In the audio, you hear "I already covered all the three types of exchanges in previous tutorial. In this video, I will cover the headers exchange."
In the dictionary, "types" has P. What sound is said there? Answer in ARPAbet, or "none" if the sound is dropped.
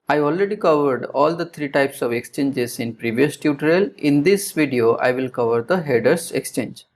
P